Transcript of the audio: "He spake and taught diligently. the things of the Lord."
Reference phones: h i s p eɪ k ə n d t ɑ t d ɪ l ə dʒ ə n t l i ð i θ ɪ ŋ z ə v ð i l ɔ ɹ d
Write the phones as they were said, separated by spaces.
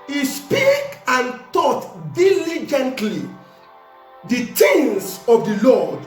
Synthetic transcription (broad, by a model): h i s p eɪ k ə n t ɑ t d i l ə dʒ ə n t l i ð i t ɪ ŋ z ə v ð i l ɔ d